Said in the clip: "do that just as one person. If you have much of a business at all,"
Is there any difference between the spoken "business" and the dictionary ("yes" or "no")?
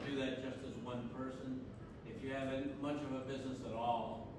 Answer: no